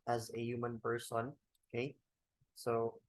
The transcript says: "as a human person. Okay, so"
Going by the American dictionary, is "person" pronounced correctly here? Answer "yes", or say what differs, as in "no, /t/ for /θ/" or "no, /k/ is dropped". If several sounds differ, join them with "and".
no, /b/ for /p/